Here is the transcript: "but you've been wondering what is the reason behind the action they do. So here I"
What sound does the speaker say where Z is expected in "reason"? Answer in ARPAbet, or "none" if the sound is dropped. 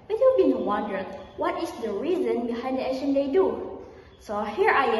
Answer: Z